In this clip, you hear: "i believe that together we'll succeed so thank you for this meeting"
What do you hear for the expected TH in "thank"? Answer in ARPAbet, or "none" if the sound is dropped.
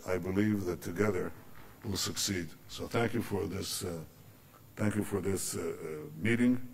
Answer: TH